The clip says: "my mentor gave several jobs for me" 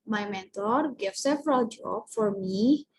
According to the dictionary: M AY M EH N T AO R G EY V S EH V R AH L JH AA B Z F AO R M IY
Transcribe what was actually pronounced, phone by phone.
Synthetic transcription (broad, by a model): M AY M EH N T AO R G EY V S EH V R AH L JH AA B F AO R M IY